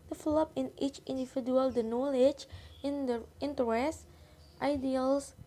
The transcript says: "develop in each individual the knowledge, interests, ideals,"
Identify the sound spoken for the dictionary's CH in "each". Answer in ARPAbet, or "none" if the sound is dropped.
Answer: CH